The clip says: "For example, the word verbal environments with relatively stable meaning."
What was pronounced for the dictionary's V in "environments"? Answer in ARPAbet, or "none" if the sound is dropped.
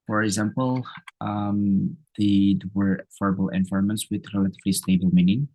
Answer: F